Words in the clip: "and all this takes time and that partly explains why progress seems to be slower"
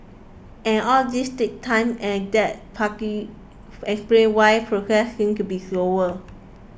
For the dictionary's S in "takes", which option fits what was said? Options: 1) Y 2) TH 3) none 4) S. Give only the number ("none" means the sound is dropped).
3